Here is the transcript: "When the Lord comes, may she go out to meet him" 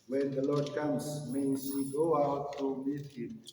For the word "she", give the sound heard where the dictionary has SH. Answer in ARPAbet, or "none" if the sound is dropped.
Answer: S